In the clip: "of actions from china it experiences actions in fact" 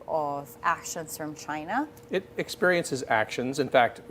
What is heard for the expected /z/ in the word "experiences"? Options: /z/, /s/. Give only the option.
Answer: /z/